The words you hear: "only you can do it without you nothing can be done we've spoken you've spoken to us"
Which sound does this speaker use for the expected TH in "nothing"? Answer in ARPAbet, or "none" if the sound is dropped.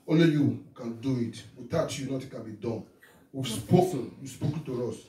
T